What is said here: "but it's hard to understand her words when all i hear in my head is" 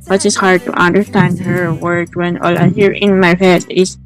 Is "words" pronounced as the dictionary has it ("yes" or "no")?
no